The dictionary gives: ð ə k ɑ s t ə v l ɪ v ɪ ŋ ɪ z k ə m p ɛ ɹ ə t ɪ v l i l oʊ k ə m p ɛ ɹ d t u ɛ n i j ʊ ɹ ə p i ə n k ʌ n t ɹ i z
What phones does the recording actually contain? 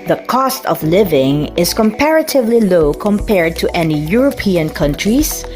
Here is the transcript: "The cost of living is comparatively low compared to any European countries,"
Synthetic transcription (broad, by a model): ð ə k ɑ s t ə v l ɪ v ɪ ŋ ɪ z k ə m p ɛ ɹ ə t ɪ v l i l oʊ k ə m p ɛ ɹ d t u ɛ n i j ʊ ɹ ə p i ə n k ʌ n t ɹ i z